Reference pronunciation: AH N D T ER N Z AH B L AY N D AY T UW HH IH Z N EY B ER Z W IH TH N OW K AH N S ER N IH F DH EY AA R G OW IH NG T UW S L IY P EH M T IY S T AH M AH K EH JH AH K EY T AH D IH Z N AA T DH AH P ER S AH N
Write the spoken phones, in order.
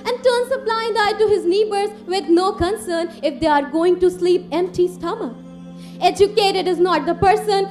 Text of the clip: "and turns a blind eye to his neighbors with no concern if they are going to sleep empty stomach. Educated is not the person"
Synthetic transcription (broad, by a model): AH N D T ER N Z AH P L AY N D AY T UW HH IH Z N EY B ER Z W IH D N OW K AH N S ER N IH F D EY AA R G OW IH NG T UW S L IY P EH M T IY S T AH M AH EH JH AH K EY T AH D IH Z N AA T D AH P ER S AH N